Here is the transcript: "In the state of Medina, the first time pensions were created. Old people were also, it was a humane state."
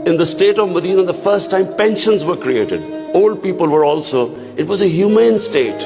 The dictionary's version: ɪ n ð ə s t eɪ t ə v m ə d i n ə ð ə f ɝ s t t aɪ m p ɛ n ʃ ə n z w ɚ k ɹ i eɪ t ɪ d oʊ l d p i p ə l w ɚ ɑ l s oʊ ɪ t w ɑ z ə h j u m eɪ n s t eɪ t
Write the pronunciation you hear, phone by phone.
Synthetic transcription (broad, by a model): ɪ n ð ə s t eɪ t ə v m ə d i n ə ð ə f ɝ s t t aɪ m p ɛ n ʃ ə n z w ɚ k ɹ i eɪ t ɪ d oʊ l d p i p ə l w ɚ ɑ l s oʊ ɪ t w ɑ z ə h j u m eɪ n s t eɪ t